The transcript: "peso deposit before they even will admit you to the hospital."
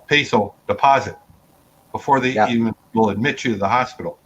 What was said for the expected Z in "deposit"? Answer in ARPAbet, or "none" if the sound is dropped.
Z